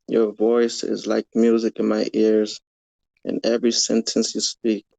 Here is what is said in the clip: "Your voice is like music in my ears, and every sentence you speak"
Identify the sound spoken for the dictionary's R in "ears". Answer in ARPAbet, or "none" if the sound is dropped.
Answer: R